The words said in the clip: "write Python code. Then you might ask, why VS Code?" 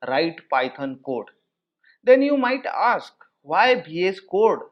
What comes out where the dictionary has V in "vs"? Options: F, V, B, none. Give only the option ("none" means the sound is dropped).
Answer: B